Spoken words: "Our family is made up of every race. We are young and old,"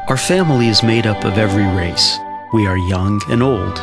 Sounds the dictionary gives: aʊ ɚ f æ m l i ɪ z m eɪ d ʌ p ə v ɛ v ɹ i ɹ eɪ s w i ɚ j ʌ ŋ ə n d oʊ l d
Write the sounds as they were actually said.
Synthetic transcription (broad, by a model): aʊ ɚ f æ m l i ɪ z m eɪ d ʌ p ə v ɛ v ɹ i ɹ eɪ s w i ɚ j ʌ ŋ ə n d oʊ l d